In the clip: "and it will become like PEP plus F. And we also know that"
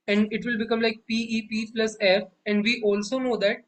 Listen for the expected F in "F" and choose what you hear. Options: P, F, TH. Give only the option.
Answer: F